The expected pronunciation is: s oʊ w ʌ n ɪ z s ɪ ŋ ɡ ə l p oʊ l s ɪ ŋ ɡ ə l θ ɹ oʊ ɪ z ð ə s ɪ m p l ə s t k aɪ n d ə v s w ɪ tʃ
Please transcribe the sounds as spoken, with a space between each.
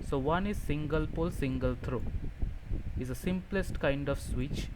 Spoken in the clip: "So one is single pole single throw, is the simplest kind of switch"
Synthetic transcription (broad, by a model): s oʊ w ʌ n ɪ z s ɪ ŋ ɡ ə l p oʊ l s ɪ ŋ ɡ ə l t ɹ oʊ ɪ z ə s ɪ m p l ə s t k aɪ n d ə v s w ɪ tʃ